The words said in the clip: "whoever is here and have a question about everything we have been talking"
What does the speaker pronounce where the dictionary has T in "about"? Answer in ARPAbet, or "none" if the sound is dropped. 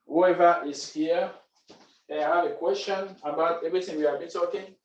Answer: T